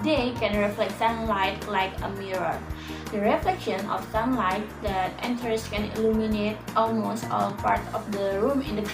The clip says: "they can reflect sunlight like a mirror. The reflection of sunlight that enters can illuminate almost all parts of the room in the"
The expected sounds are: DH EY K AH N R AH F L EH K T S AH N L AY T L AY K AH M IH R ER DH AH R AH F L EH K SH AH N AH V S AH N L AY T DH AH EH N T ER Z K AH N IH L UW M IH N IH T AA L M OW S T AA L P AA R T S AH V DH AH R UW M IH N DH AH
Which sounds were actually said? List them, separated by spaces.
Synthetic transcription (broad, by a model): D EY K AH N R AH F L EH K T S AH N L AY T L AY K AH M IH R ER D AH R AH F L EH K SH AH N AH F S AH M L AY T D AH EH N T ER S K AH N IH L UW M IH N IH T AA L M OW S T AA L P AA R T AH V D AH R UW M IH N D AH